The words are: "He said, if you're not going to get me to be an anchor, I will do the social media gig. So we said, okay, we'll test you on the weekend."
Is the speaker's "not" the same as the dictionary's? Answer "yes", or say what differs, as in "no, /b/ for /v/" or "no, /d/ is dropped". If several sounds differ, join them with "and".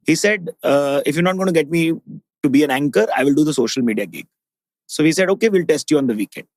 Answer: yes